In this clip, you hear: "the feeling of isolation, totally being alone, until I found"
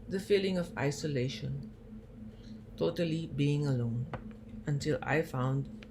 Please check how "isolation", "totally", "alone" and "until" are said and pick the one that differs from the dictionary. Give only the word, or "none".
none